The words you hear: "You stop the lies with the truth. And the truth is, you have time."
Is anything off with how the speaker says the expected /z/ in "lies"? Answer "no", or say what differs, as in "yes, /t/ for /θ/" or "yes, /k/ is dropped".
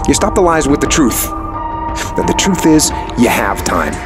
no